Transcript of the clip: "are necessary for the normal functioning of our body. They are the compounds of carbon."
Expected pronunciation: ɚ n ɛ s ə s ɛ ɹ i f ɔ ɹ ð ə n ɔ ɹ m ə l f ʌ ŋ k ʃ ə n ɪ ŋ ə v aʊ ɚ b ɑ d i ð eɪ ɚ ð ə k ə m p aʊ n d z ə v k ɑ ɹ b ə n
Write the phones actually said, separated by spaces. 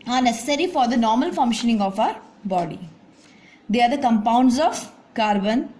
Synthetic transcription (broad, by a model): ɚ n ɛ s ə s ɛ ɹ i f ɔ ɹ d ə n ɔ ɹ m ə l f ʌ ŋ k ʃ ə n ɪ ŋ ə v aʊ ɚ b ɑ d i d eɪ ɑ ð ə k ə m p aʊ n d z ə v k ɑ ɹ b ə n